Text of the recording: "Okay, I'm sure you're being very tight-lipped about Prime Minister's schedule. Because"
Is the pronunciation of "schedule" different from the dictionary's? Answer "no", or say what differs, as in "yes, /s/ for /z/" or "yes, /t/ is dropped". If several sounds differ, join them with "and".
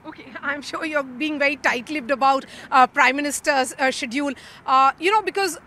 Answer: yes, /n/ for /l/